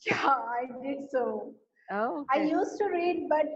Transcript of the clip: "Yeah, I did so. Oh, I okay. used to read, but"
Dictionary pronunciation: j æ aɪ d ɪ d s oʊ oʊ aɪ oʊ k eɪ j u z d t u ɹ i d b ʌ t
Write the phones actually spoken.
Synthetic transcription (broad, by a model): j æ aɪ d ɪ d s oʊ oʊ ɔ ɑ ɪ j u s t u ɹ i d b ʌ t